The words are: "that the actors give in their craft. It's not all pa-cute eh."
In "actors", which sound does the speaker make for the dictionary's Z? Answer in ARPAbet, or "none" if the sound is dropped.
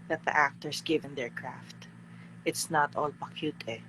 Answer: S